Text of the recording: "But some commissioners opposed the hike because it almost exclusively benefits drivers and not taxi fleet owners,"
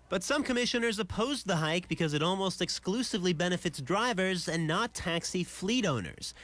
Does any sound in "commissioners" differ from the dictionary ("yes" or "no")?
no